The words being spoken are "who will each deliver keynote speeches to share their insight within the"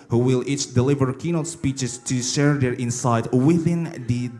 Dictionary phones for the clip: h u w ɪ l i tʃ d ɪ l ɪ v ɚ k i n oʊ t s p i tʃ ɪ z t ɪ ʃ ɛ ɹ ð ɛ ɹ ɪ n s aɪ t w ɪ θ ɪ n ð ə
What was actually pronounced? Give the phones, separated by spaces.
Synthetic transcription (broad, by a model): h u w ɪ l i tʃ d ɪ l ɪ v ɚ k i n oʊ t s p i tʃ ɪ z t ɪ ʃ ɛ ɹ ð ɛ ɹ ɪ n s aɪ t w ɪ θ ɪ n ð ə